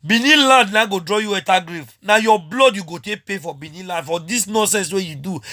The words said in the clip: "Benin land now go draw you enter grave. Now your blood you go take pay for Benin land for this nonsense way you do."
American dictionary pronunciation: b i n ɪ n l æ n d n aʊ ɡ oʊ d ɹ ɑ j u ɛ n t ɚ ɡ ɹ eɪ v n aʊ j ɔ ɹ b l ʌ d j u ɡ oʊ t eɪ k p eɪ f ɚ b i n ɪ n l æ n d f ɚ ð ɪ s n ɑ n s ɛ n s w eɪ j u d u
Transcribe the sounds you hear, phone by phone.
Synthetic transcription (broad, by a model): b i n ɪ l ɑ n d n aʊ ɡ oʊ d ɹ ɑ j u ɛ t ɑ ɡ ɹ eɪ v n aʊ j ɔ b l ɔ d j u ɡ oʊ t eɪ k p eɪ f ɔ b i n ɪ l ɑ n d f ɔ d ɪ s n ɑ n s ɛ n s w eɪ j u d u